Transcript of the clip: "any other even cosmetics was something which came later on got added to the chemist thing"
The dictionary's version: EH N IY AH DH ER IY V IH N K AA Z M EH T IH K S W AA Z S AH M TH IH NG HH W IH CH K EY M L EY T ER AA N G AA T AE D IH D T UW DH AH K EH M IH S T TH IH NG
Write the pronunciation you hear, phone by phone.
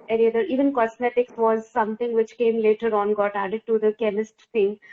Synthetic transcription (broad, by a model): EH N IY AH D ER IY V IH N K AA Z M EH T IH K S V AA Z S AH M T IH NG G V IH CH K EY M L EY T ER AA N G AA T AE D IH D T UW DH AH K EH M IH S T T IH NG